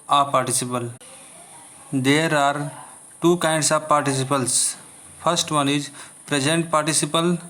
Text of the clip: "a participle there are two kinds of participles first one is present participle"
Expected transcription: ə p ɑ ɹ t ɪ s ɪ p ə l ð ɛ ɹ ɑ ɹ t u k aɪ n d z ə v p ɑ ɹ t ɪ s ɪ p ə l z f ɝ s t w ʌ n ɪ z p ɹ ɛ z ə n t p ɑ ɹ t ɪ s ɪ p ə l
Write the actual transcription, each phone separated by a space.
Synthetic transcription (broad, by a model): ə p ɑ ɹ t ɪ s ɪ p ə l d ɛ ɹ ɑ ɹ t u k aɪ n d s ə v p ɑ ɹ t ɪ s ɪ p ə l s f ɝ s t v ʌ n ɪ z p ɹ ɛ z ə n t p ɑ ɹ t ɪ s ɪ p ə l